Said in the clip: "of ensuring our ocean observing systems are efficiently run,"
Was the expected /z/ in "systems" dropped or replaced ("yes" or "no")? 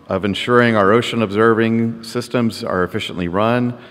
no